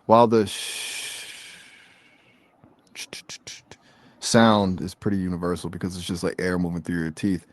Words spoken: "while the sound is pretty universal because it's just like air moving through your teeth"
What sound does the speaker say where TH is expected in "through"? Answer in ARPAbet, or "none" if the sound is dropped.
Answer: TH